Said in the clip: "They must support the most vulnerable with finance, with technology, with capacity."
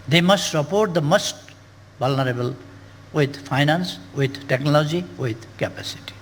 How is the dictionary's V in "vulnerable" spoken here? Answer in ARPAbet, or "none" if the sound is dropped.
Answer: B